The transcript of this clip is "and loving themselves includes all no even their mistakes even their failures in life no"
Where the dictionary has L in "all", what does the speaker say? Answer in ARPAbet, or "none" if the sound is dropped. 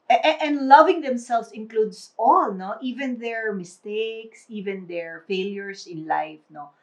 L